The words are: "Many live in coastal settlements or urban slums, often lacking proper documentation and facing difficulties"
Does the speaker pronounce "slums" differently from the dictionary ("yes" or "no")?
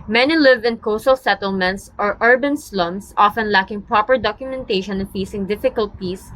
yes